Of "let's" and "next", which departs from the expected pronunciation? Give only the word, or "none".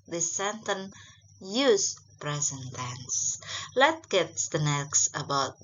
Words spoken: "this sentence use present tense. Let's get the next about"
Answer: let's